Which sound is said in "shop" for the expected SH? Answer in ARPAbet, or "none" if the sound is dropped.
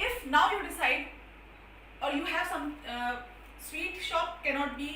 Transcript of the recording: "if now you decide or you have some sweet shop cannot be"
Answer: SH